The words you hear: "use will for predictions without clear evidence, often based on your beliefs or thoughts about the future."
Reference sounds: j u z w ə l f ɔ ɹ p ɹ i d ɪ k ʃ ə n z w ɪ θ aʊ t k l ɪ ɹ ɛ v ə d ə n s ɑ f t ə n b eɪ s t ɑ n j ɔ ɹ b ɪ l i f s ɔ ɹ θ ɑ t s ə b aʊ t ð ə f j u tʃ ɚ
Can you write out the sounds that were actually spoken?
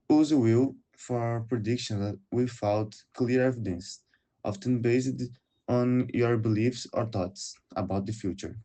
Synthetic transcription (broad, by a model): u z w ə l f ɔ ɹ p ɹ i d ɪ k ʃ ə n w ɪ f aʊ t k l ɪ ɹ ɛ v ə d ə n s ɑ f t ə n b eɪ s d ɑ n j ɔ ɹ b ɪ l i f s ɔ ɹ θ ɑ t s ə b aʊ t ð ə f j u tʃ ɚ